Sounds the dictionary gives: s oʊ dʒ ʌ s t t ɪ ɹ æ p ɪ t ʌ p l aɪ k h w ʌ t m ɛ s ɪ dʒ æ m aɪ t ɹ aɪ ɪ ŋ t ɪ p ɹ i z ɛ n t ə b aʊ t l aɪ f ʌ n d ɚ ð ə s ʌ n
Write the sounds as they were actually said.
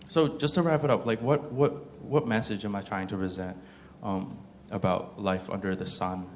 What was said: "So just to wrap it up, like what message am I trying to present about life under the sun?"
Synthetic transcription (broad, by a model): s oʊ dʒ ʌ s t t ɪ ɹ æ p ɪ t ʌ p l aɪ k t w ʌ t m ɛ s ɪ dʒ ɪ m aɪ t ɹ aɪ ɪ ŋ t ɪ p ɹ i z ɛ n t ə b aʊ t l aɪ f ʌ n d ɚ ð ə s ʌ n